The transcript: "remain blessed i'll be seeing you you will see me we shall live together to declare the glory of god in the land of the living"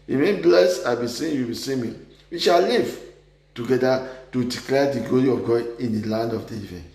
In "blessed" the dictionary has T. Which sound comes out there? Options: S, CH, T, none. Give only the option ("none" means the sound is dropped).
none